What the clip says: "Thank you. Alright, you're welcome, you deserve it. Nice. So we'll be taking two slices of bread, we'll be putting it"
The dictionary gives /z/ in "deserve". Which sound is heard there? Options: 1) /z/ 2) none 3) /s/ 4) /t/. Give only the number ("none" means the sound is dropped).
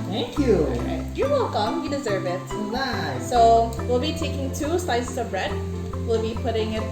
1